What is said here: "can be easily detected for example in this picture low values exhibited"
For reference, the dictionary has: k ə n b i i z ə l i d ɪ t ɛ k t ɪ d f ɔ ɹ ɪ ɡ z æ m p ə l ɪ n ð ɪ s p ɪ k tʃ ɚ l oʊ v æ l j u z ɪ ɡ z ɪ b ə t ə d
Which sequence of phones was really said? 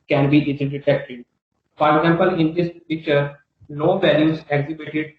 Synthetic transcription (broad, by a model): k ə n b i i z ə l d ɪ t ɛ k t ɪ d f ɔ ɹ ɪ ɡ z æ m p ə l ɪ n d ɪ s p ɪ k tʃ ɚ n oʊ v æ l j u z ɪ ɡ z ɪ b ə t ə d